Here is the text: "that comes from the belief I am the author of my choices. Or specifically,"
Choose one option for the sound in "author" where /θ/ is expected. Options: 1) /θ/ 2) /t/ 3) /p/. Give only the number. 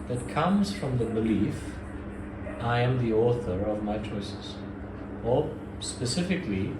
1